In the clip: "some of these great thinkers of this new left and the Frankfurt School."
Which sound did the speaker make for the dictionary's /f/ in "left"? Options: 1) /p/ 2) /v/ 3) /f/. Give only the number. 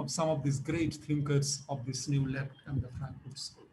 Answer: 1